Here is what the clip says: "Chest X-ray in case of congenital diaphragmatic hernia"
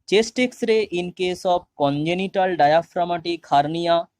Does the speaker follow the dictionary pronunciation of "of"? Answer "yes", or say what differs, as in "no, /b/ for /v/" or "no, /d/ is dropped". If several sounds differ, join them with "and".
no, /b/ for /v/